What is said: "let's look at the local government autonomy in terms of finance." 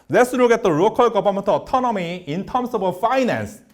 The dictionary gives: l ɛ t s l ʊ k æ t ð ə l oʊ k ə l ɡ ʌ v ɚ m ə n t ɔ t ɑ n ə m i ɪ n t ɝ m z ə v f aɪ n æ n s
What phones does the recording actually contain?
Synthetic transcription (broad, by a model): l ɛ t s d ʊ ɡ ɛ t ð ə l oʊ k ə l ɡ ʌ b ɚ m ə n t ɔ t ɑ n ə m i ɪ n t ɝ m s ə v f aɪ n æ n s